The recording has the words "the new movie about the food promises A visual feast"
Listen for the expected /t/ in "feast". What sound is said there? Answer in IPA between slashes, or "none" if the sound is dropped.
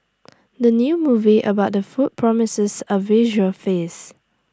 none